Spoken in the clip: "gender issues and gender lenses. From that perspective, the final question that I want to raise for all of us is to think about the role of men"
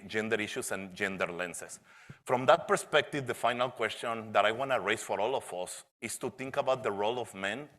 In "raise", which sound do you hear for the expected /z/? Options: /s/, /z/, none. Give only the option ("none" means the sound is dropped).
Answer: /s/